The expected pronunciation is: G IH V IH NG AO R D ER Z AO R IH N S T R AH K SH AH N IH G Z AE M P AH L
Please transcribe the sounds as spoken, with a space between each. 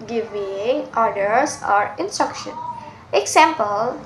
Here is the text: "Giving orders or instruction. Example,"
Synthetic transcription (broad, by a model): G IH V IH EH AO R D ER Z AO R IH N S T R AH K SH AH N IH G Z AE M P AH L